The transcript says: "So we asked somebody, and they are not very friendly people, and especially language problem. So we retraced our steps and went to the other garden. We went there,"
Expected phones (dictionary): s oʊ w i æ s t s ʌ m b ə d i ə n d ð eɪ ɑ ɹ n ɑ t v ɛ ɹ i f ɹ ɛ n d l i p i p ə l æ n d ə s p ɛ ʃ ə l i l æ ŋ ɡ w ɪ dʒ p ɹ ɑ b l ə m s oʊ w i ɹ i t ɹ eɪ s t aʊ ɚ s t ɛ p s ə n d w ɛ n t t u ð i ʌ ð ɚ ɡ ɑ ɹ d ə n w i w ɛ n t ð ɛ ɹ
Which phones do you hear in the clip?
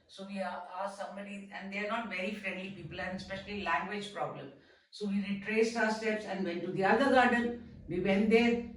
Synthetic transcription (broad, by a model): s oʊ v i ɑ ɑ s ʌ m ə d i ə n d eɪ ɑ ɹ n ɑ t v ɛ ɹ i f ɹ ɛ n d l i p i p ə l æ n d ə s p ɛ ʃ ə l i l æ ŋ ɡ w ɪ dʒ p ɹ ɑ b l ə m s oʊ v i ɹ i t ɹ eɪ s t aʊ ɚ s t ɛ p s ə n d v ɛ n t t u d i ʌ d ɚ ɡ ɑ ɹ d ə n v i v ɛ n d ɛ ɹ